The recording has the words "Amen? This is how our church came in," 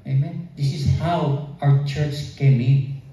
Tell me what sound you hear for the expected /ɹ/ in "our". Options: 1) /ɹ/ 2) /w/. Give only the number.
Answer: 2